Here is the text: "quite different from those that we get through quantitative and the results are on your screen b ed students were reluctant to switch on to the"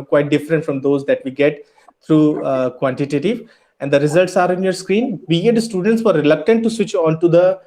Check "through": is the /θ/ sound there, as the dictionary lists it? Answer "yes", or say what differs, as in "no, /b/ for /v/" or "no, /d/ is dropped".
no, /t/ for /θ/